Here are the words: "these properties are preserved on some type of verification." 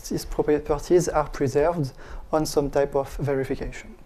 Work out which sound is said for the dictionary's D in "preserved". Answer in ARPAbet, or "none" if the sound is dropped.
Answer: D